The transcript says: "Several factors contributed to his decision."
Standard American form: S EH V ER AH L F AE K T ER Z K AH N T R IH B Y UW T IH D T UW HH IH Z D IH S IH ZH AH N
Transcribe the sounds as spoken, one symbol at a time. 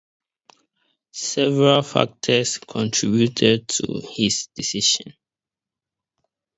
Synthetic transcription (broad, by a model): S EH V ER AH L F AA K T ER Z K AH N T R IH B Y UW T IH D T UW HH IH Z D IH S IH SH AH N